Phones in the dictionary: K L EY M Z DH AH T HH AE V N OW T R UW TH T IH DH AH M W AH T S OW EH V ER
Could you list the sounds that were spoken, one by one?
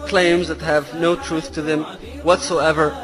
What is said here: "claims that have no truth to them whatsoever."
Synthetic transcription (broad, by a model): K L EY M Z DH AH T HH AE V N OW T R UW TH T IH DH AH M W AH T S OW EH V ER